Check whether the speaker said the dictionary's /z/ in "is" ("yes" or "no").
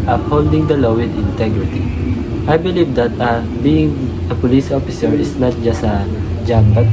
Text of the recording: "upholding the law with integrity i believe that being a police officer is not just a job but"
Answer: no